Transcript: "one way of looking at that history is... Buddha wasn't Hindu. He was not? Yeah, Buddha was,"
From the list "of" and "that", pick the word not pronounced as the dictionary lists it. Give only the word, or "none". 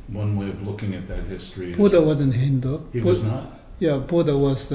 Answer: none